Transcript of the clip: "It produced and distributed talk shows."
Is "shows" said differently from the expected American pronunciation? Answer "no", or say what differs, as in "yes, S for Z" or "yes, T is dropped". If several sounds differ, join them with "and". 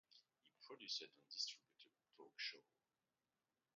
yes, Z is dropped